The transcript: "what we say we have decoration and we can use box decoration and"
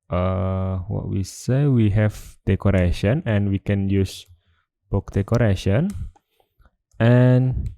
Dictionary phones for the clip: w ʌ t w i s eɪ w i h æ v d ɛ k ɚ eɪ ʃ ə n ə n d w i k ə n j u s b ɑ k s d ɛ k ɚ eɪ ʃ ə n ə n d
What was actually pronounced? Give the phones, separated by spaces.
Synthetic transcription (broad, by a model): w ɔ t w i s eɪ w i h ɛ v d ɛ k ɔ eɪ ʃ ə n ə n w i k ə n j u s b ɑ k d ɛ k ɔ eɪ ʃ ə n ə n